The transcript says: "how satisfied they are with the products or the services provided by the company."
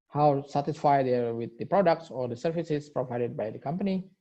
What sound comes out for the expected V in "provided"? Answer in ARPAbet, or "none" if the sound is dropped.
V